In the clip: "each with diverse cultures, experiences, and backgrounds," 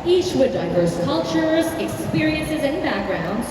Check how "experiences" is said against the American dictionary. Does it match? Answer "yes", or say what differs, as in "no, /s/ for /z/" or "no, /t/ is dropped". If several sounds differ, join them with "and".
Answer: yes